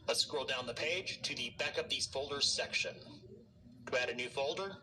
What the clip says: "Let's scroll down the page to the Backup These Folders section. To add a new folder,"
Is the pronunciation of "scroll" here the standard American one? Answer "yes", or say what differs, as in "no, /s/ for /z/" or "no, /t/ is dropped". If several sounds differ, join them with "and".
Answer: no, /ɹ/ is dropped